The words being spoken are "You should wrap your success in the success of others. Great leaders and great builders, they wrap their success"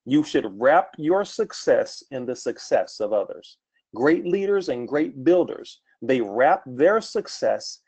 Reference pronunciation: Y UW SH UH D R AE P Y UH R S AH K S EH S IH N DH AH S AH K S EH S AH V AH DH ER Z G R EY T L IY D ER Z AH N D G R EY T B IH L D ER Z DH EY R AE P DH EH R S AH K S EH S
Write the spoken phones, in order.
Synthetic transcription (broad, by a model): Y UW SH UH D R AE P Y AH R S AH K S EH S IH N DH AH S AH K S EH S AH V AH DH ER Z G R EY T L IY D ER Z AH N G R EY T B IH L D ER Z DH EY R AE P DH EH R S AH K S EH S